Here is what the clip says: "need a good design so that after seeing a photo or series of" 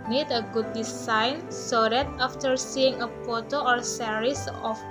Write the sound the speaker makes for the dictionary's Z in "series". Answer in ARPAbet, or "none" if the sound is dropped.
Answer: S